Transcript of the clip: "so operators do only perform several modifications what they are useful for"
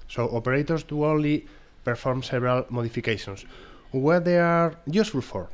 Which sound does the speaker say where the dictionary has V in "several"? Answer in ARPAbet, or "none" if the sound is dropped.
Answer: B